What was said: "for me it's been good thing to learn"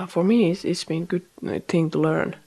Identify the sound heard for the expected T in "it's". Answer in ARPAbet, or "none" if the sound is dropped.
S